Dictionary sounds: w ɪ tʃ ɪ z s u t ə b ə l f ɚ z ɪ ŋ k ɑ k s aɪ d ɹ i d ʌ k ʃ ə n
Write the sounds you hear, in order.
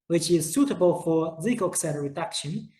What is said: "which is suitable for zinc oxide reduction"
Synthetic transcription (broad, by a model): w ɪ tʃ ɪ z s u t ə b ə l f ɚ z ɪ k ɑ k s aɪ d ɹ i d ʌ k ʃ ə n